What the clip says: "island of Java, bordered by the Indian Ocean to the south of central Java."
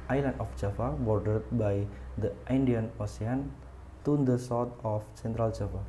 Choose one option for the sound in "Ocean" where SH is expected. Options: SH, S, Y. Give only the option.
S